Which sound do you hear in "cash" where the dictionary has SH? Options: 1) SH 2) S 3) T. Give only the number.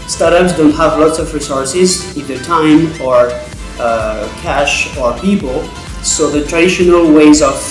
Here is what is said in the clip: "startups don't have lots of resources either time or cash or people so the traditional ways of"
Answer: 1